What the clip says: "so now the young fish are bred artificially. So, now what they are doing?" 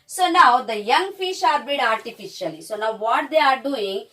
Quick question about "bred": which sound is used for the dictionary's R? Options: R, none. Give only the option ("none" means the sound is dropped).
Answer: none